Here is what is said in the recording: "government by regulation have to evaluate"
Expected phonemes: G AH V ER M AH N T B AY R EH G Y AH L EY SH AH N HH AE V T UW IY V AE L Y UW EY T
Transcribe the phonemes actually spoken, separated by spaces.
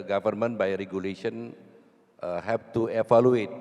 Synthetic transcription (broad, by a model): G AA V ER M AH N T B AY R EH G Y AH L EY SH AH N HH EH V T UW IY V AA L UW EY T